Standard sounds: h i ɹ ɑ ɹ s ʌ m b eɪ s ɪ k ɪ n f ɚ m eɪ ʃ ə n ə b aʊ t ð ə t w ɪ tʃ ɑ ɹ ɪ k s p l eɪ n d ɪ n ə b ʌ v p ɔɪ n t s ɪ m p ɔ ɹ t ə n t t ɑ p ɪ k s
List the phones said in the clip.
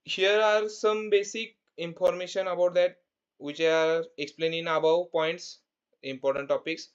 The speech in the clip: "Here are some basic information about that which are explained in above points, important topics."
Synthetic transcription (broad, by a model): h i ɹ ɑ ɹ s ʌ m b eɪ s ɪ k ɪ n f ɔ m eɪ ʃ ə n ə b aʊ t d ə t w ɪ tʃ ɑ ɹ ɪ k s p l eɪ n ɪ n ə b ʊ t p ɔɪ n t s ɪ m p ɔ ɹ t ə n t t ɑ p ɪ k s